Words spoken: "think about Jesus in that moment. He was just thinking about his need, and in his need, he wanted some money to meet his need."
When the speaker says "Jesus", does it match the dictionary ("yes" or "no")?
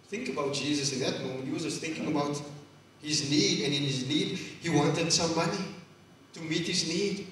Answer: yes